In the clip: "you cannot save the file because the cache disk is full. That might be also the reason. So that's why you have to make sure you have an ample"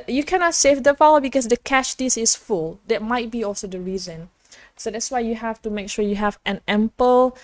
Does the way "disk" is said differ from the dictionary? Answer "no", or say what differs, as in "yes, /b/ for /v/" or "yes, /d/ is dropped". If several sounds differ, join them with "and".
yes, /k/ is dropped